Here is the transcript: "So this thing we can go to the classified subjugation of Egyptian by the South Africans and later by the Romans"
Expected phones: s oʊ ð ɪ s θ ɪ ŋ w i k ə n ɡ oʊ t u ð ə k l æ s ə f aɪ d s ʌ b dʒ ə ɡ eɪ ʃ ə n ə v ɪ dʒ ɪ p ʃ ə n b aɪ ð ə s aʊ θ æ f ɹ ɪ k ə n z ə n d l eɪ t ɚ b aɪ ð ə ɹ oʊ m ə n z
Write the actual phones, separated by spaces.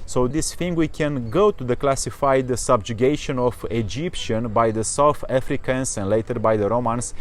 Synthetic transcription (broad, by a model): s oʊ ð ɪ s f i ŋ w i k ə n ɡ oʊ t u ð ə k l æ s ə f aɪ d s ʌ b dʒ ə ɡ eɪ ʃ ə n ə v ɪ dʒ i p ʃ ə n b aɪ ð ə s aʊ θ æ f ɹ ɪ k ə n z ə n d l eɪ t ɚ b aɪ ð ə ɹ oʊ m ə n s